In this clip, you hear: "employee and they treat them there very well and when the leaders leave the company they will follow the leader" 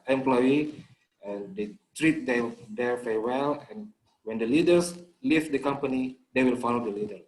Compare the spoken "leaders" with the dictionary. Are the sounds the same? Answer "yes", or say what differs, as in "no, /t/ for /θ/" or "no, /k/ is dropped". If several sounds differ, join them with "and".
no, /s/ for /z/